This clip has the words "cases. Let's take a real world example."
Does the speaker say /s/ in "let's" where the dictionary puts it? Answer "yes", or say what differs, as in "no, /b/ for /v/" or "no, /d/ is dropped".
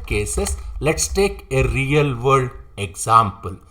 yes